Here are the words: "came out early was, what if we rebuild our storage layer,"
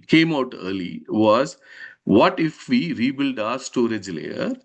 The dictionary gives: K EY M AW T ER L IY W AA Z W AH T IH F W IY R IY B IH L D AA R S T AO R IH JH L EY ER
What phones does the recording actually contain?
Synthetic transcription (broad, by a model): K EY M AW T ER L IY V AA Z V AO T IH F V IY R IY B IH L D AA R S T AO R IH JH L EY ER